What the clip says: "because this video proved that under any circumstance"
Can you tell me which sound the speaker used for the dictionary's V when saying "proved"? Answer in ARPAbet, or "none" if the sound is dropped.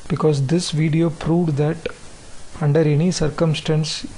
V